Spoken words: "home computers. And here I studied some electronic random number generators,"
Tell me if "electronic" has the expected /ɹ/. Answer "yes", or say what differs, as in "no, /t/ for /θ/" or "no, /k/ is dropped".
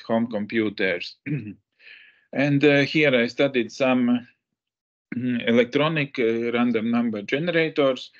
yes